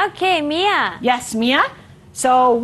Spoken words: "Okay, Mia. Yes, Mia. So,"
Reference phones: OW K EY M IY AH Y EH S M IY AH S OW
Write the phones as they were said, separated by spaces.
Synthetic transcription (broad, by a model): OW K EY M IY AH Y EH S M IY AH S OW